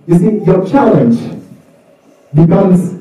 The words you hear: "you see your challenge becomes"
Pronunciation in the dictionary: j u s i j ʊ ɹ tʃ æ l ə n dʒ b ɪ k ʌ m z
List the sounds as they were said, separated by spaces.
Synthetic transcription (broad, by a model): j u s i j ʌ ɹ tʃ æ l ə n dʒ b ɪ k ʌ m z